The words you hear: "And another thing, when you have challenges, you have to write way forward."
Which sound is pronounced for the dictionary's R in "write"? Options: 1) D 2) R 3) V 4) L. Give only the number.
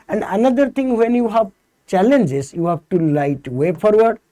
4